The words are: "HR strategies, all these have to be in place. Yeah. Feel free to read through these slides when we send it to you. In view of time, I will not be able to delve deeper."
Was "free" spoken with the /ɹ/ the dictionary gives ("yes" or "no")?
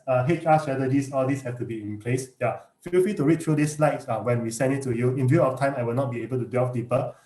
no